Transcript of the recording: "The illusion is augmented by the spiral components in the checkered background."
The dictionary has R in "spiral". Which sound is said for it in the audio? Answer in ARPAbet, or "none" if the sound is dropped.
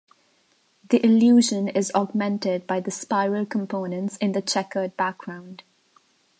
R